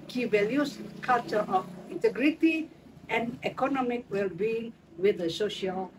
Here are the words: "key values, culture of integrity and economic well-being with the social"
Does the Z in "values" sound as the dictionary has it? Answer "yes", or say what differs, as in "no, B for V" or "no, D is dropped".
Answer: no, S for Z